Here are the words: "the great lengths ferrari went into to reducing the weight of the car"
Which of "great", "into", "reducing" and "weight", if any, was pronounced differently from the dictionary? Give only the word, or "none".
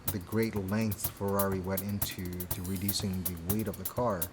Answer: none